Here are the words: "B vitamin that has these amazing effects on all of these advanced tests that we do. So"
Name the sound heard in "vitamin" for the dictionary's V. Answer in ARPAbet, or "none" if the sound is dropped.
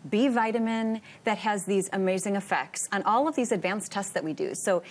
V